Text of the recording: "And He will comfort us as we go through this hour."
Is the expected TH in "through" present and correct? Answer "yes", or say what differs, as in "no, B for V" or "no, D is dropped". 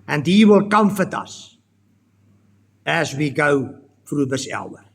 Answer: no, F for TH